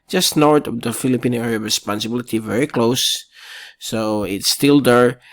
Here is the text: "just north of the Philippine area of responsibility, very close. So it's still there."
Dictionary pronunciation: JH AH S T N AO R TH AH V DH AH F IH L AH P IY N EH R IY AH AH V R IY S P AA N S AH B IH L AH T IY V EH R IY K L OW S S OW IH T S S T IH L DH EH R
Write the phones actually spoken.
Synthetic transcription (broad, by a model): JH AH S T N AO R T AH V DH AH F IH L AH P IY N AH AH R IY S P AA N S AH B IH L AH T IY V EH R IY K L OW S S OW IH T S S T IH L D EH R